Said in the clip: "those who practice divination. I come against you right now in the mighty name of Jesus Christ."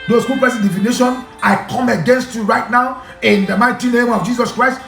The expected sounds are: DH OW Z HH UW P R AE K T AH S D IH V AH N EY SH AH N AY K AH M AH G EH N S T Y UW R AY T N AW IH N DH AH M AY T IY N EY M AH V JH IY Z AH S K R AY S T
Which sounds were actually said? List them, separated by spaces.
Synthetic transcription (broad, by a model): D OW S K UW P EH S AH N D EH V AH N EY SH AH N AY K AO M AH G EH N S T Y UW R AY T N AW IH N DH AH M AY T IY N EY M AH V JH IY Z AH S K R AY S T